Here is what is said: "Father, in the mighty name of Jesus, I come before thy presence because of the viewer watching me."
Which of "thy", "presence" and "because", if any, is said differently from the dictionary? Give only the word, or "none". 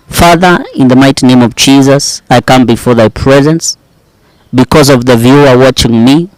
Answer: none